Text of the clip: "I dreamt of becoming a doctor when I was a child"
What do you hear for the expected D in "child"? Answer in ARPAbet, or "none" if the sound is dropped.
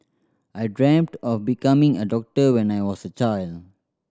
D